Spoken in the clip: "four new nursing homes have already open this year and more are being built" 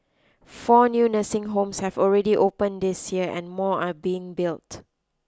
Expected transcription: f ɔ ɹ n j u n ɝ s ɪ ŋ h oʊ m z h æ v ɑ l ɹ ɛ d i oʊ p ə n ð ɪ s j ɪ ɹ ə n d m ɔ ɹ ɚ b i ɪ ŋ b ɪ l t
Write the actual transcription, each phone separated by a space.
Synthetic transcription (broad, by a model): f ɔ n j u n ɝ s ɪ ŋ h oʊ m s h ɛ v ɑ l ɹ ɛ d i oʊ p ə n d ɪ s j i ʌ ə n m ɔ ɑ b i ɪ ŋ b ɪ l t